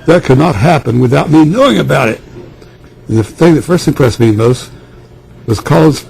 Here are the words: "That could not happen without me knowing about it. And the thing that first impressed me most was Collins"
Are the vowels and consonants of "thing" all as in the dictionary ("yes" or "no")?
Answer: yes